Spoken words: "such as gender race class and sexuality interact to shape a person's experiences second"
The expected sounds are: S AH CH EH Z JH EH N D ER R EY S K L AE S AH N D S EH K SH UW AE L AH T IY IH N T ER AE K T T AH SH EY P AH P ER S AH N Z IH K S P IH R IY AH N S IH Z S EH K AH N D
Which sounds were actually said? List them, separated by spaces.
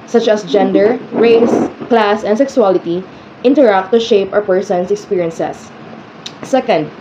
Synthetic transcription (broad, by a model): S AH CH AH S JH EH N D ER R EY S K L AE S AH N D S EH K S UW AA L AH T IY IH N T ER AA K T T AH SH EY P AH P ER S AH N S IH K S P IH R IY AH N S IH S S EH K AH N D